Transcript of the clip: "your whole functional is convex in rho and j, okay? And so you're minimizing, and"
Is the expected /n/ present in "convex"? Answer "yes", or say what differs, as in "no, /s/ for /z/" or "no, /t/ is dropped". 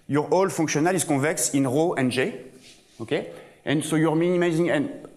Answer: no, /n/ is dropped